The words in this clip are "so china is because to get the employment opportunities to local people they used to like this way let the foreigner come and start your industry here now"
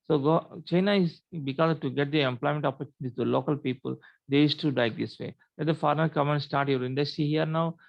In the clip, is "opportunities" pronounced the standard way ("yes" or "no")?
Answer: no